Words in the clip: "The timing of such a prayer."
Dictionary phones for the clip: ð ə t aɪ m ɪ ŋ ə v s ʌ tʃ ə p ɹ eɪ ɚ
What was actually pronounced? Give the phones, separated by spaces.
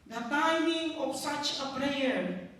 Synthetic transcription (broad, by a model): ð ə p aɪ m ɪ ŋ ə p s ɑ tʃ ə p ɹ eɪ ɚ